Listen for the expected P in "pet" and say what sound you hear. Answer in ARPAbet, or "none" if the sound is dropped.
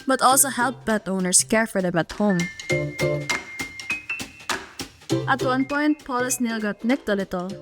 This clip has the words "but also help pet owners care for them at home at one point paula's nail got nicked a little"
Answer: B